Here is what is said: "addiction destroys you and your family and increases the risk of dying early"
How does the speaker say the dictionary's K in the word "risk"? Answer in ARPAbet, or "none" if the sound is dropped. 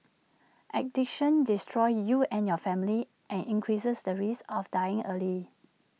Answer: none